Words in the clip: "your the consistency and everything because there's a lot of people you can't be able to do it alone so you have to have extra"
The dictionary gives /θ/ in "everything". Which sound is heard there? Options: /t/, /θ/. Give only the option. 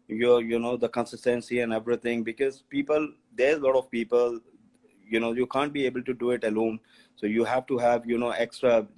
/t/